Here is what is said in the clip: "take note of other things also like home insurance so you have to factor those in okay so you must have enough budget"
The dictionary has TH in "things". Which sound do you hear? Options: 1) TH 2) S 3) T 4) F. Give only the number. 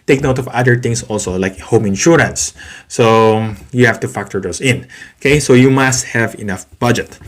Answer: 3